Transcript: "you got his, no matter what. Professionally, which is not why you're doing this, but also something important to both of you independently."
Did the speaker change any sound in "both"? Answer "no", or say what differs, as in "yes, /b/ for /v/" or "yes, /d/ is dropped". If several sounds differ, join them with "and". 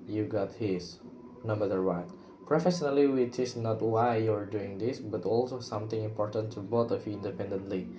yes, /t/ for /θ/